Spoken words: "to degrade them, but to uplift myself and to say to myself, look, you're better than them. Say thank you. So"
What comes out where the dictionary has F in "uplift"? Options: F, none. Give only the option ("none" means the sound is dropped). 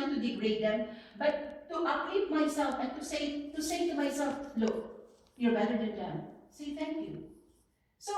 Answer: none